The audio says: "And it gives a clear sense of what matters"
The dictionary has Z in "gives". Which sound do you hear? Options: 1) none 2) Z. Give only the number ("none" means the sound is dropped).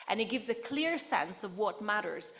2